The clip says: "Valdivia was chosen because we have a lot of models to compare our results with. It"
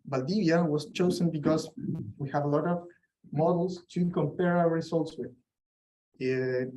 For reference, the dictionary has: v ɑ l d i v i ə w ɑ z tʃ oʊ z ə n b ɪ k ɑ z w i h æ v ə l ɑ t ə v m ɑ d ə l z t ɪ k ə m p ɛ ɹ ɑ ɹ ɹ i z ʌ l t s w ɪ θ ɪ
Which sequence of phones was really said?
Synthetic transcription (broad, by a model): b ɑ l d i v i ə w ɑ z tʃ oʊ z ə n b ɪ k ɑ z w i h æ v ə l ɑ t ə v m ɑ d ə l s t ɪ k ə m p ɛ ɹ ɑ w ɹ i s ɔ l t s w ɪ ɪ